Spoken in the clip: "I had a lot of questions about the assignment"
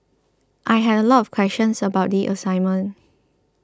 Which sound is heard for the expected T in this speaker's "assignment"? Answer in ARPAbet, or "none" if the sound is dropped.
none